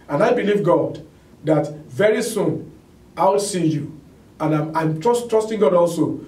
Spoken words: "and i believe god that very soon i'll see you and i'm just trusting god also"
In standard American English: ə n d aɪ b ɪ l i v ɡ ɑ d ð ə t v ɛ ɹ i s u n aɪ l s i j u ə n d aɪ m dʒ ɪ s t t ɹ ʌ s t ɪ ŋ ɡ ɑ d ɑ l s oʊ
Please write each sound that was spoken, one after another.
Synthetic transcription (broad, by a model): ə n aɪ b ɪ l i v ɡ ɑ d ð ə t v ɛ ɹ i s u n aɪ w s i j u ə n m aɪ m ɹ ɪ s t t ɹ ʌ s t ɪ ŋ ɡ ɑ d ɑ l s oʊ